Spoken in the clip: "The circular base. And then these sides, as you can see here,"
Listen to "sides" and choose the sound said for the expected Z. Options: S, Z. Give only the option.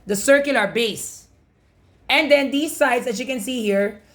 S